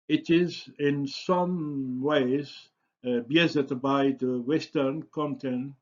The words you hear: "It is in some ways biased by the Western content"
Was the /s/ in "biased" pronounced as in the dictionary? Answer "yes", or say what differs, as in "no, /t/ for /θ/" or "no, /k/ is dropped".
no, /s/ is dropped